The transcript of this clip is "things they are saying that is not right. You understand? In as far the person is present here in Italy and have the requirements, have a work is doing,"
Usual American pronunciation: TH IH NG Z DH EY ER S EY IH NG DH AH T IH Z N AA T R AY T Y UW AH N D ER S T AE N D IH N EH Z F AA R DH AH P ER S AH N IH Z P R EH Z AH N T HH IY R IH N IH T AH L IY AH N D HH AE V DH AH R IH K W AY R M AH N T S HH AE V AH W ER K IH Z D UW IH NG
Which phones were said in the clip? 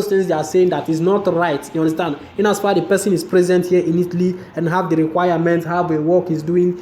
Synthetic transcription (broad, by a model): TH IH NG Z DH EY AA S EY IH NG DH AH T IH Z N AA T R AY T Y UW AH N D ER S T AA N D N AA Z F AA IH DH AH P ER S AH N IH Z P R EH Z AH N T HH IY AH IH N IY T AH L IY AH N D HH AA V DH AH R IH K W AY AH M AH N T HH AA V AH W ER K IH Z D UW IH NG